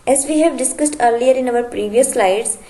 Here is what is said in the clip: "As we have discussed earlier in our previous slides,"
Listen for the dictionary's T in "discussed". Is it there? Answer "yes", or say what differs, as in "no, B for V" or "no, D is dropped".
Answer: yes